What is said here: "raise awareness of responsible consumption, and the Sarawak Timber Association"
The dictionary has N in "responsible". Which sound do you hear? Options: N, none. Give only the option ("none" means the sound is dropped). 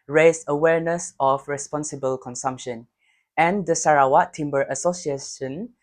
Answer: N